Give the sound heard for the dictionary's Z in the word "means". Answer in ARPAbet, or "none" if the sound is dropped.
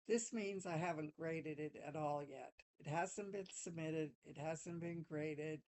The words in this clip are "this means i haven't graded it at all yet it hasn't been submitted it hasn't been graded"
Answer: Z